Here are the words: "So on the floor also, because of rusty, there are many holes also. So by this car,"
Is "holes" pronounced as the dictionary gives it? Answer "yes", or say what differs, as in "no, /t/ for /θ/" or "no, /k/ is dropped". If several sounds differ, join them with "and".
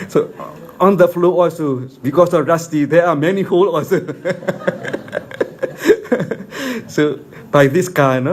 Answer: no, /z/ is dropped